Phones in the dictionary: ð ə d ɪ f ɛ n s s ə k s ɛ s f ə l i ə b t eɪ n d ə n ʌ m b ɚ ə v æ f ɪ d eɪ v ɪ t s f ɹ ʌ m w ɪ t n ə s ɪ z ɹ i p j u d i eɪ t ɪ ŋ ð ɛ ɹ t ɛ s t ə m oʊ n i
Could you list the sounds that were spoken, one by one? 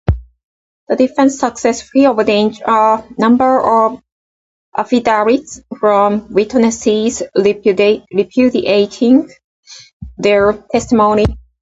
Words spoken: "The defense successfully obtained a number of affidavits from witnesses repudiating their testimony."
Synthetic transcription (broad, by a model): ð ə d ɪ f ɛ n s s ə k s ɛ s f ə i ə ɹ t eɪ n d ə n ʌ m b ɚ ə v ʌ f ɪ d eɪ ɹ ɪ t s f ɹ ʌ m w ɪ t n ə s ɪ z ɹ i p j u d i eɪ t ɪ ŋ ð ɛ ɹ t ɛ s t ə m oʊ n i